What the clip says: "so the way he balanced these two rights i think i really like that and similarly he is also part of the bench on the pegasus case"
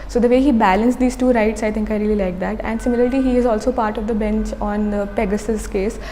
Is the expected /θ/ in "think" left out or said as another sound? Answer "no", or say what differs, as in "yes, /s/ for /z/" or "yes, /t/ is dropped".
yes, /t/ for /θ/